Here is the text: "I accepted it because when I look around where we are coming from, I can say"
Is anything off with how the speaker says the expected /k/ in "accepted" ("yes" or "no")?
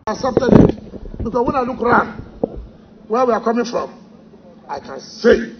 yes